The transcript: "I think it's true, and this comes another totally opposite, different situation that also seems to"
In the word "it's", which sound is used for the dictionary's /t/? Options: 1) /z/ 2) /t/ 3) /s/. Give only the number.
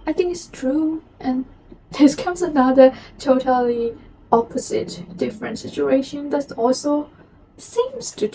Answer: 2